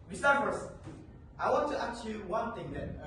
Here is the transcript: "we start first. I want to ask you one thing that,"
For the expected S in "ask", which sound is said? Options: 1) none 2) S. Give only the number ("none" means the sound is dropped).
1